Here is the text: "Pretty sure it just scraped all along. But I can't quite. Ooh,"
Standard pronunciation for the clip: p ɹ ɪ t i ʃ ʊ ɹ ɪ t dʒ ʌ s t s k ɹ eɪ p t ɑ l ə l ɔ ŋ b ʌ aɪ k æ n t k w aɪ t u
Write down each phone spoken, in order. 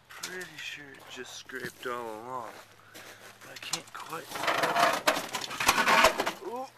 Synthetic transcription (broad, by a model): p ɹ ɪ t i ʃ ʊ ɹ ɪ t dʒ ʌ s t s k ɹ eɪ p t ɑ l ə l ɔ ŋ b ʌ aɪ k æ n k w aɪ t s